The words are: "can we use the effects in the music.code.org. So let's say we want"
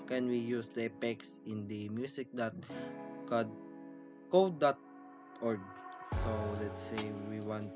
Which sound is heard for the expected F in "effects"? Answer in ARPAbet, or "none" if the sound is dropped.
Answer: P